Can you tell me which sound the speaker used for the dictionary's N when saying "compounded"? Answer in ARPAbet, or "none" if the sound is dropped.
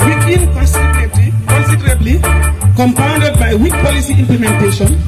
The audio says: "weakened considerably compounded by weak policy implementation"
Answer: N